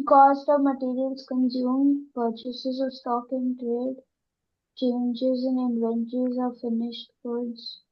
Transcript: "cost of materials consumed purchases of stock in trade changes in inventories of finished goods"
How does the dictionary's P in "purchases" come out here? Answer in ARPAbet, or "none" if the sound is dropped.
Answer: P